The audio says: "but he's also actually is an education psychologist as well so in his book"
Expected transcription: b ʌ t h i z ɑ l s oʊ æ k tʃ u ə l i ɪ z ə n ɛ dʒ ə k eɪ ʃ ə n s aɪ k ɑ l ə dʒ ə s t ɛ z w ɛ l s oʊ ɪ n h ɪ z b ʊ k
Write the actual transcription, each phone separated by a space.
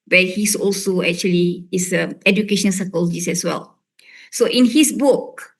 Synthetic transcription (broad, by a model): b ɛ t h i s ɑ l s oʊ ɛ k tʃ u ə l i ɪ s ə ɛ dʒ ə k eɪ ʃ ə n s aɪ k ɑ l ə dʒ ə s ɛ s w ɛ l s oʊ ɪ n h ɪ s b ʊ k